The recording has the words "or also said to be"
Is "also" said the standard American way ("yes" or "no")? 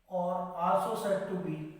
no